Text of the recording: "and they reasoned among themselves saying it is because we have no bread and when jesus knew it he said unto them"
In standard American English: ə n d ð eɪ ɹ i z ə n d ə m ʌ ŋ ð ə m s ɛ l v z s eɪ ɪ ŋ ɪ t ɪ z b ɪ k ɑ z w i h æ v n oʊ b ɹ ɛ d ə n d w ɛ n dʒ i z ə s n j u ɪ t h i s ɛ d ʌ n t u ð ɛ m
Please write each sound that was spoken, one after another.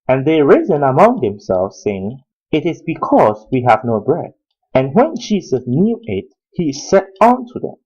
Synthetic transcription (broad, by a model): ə n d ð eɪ ɹ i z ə n ə m ʌ ŋ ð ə m s ɛ l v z s eɪ ɪ ŋ ɪ t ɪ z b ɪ k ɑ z w i h æ v n oʊ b ɹ ɛ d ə n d w ɛ n dʒ i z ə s n j u ɪ t h i s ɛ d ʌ n t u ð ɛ m